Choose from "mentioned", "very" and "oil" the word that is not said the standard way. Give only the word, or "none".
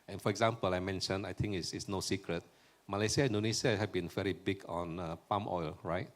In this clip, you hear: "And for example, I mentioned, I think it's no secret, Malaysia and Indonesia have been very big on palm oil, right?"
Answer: mentioned